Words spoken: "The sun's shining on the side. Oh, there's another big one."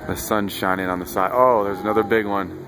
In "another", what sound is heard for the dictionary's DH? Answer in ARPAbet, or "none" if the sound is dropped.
DH